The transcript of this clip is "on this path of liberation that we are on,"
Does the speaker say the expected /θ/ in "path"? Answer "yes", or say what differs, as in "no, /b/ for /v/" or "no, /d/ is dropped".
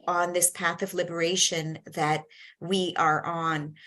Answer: yes